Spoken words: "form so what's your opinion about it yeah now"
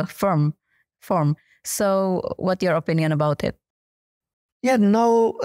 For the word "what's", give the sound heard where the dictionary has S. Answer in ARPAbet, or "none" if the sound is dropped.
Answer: none